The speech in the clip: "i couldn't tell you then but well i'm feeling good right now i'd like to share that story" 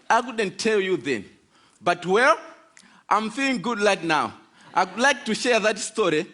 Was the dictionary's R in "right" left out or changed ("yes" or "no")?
yes